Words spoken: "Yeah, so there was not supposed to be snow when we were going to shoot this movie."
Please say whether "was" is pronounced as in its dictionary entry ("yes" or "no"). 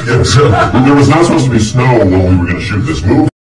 yes